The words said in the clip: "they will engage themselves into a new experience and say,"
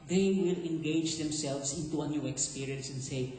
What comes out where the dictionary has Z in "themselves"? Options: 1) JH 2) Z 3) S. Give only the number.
3